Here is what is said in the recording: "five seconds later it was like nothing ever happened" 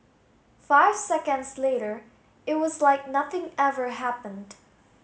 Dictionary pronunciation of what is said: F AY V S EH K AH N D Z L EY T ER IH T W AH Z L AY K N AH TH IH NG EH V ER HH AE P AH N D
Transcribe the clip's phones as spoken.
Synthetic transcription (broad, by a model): F AY V S EH K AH N D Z L EY T ER IH T W AH Z L AY K N AH TH IH NG EH V ER HH AE P AH N D